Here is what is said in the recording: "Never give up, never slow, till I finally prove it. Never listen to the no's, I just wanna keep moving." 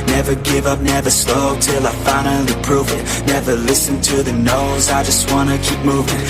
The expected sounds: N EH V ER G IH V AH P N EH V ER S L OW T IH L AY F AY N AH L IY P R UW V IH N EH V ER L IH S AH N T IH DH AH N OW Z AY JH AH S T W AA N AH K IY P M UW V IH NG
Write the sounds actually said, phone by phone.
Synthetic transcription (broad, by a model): N EH V ER G IH V AH P N EH V ER S L OW T IH L AY F AY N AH IY P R UW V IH N EH V ER L IH S AH N T IH DH AH N OW Z AY JH AH S T W AA N AH K IY P M UW V IH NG